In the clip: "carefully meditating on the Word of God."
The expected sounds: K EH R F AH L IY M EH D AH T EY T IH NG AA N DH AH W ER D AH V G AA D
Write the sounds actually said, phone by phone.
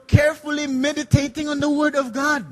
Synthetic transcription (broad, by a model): K EH R F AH L IY M EH D AH T EY T IH NG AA N DH AH W ER D AH V G AA D